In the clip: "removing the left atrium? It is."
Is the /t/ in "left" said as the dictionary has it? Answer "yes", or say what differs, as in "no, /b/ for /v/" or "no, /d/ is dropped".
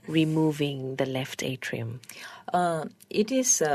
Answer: yes